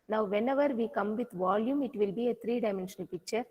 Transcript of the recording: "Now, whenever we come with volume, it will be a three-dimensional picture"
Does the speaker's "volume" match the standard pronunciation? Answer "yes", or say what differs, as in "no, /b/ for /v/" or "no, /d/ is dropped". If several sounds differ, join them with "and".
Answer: yes